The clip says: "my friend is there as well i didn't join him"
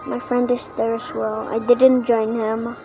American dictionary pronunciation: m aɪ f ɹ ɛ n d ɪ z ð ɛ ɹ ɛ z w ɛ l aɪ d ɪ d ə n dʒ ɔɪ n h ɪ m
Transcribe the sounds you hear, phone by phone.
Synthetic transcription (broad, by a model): m aɪ f ɹ ɛ n d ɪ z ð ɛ ɹ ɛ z w ɛ l aɪ d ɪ d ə n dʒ ɔɪ n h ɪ m